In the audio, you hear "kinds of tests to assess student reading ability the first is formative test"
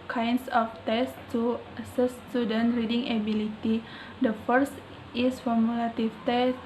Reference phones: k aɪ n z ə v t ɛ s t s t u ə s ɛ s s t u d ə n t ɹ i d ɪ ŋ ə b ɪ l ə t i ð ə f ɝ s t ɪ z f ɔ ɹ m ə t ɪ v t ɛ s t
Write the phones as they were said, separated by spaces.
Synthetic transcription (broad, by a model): k aɪ n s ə f t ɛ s s t u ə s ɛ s s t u d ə n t ɹ i d ɪ ŋ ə b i l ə t i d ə f ɝ s t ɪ s f ɔ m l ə t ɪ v t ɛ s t